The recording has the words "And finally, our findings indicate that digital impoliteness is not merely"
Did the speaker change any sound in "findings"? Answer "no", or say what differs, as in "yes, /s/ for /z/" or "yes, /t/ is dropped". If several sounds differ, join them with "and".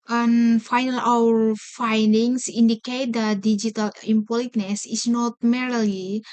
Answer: yes, /s/ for /z/